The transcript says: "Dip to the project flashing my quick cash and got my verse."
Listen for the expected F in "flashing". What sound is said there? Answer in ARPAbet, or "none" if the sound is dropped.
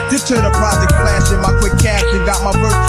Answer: P